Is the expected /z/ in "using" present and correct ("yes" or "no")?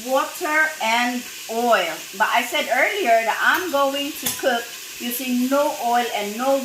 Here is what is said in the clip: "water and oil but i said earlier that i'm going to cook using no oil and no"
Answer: no